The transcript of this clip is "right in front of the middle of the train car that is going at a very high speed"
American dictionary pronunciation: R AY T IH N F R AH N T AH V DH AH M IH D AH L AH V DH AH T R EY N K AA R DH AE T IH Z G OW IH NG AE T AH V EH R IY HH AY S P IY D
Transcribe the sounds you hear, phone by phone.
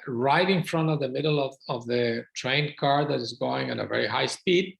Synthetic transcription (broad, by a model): R AY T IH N F R AH N T AH V DH AH M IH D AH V AH V DH AH T R EY N K AA R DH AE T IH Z G OW IH NG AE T AH V EH R IY HH AY S P IY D